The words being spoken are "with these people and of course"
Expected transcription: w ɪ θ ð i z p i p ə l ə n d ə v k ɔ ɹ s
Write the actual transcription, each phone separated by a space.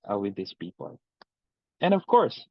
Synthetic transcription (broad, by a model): w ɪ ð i s p i p ə l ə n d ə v k ɔ ɹ s